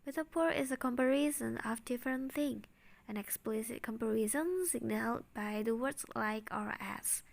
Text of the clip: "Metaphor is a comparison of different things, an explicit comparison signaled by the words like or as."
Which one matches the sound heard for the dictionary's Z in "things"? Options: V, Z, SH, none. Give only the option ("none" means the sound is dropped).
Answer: none